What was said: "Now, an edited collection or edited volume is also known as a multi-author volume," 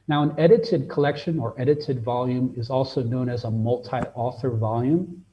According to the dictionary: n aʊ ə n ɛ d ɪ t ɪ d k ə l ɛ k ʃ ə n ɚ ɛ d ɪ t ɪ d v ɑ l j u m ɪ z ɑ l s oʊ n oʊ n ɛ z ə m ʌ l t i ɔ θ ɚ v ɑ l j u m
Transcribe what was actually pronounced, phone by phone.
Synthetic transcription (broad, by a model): n aʊ ə n ɛ d ɪ t ɪ d k ə l ɛ k ʃ ə n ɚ ɛ d ɪ t ɪ d v ɑ l j u m ɪ z ɑ l s oʊ n oʊ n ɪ z ə m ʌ l t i ɔ θ ɚ v ɑ l j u m